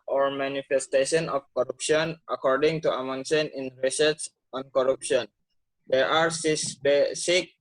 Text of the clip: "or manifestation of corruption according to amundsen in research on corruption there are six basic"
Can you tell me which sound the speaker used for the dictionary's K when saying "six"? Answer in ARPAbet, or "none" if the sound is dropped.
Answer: none